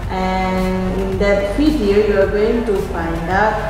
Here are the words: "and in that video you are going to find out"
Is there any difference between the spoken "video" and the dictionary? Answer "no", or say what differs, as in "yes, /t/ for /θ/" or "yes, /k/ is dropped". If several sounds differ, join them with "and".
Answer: yes, /f/ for /v/